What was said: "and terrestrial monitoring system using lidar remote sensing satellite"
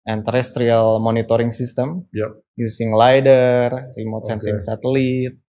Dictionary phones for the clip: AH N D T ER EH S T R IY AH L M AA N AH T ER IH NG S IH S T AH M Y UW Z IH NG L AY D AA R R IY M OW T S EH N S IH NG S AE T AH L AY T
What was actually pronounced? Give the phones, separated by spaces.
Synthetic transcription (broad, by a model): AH N T ER EH S T R IY AH L M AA N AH T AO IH NG S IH S T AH M Y UW S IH NG L AY D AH R R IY M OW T S EH N S IH NG S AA T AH L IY T